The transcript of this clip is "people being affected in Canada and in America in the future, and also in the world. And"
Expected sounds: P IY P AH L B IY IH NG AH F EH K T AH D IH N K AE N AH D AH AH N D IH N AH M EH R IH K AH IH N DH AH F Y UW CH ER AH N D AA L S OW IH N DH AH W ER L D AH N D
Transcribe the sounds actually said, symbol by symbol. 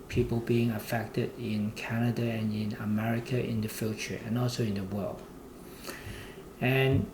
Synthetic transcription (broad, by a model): P IY P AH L B IY IH NG AH F EH K T AH D IH N K AE N AH D AH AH N IH N AH M EH R IH K AH IH N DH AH F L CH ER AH N AA L S OW IH N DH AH W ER L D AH N